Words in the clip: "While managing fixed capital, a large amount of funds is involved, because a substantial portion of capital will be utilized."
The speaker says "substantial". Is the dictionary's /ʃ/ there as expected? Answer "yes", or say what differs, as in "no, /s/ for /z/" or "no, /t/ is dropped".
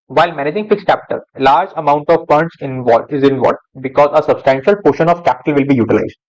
yes